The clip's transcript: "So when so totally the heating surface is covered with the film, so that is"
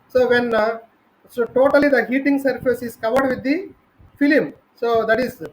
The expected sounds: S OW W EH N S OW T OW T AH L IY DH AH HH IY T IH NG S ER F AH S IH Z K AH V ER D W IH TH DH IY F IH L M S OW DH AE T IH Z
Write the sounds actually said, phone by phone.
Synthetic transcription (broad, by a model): S OW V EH N S OW T OW T AH L IY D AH HH IY T IH NG S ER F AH S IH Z K AH V ER D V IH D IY F IH L M S OW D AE T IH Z